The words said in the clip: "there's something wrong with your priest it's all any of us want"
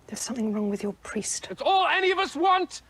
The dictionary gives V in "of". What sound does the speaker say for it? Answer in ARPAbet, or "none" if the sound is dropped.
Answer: V